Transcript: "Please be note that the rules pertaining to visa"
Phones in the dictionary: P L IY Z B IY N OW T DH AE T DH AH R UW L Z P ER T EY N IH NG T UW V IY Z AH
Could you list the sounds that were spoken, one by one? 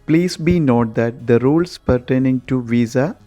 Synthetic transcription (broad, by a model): P L IY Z B IY N OW T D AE T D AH R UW L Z P ER T EY N IH NG T UW V IY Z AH